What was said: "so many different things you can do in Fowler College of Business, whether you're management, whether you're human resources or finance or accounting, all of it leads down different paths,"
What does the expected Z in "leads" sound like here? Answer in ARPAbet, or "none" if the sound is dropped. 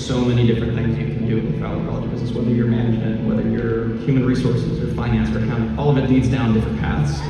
Z